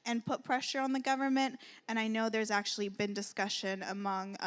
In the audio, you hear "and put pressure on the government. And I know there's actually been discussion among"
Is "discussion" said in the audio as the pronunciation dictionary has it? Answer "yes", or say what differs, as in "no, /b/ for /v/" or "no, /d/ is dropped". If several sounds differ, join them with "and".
yes